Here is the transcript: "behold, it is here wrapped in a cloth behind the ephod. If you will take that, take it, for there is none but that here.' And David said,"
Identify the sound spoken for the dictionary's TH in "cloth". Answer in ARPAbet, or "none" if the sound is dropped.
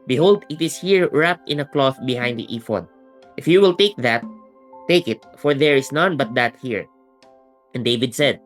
TH